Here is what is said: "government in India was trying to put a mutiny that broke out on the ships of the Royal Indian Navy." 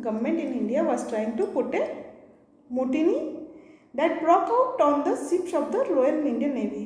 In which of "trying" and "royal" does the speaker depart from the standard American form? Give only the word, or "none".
royal